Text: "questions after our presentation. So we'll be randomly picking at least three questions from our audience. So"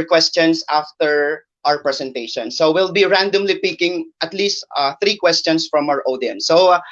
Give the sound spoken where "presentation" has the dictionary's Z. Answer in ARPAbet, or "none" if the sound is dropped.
S